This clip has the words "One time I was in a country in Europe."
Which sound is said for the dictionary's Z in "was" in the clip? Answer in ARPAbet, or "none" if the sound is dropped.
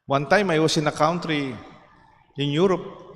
S